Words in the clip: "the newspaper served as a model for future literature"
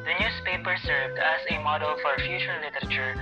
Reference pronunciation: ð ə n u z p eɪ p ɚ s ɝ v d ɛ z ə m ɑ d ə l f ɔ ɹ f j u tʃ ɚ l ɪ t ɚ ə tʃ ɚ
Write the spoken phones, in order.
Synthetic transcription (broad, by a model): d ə n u s p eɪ p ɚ s ɝ v d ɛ s ə m ɑ d ə l f ɔ ɹ f j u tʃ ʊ l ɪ t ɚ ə tʃ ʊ